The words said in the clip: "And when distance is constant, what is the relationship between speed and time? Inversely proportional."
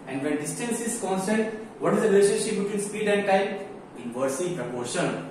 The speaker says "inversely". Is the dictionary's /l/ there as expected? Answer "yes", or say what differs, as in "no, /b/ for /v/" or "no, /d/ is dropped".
no, /l/ is dropped